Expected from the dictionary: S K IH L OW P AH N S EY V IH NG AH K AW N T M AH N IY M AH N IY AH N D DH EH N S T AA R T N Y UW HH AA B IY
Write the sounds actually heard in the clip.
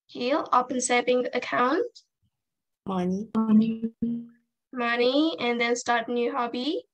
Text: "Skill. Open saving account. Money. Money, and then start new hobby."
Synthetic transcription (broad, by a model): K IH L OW P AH N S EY P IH NG AH K AW N T M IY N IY M AH N IY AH N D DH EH N S T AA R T N Y UW HH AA B IY